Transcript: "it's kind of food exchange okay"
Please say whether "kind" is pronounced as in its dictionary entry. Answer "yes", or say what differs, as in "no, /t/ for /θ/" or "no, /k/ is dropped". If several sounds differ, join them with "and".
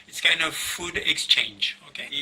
no, /d/ is dropped